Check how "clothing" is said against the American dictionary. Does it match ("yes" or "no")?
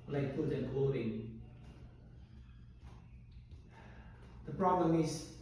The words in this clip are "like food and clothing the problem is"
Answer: no